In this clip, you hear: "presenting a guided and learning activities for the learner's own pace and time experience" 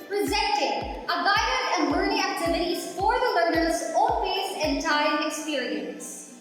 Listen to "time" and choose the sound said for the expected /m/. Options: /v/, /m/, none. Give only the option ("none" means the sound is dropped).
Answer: none